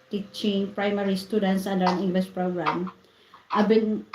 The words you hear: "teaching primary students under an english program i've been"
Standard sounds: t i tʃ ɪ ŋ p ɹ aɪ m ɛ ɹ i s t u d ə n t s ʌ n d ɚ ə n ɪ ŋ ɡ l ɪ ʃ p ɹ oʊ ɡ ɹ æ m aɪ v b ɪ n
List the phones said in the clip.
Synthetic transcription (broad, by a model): t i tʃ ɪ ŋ p ɹ aɪ m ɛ ɹ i s t u d ə n t s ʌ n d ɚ ə n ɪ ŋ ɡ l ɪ s p ɹ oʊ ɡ ɹ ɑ m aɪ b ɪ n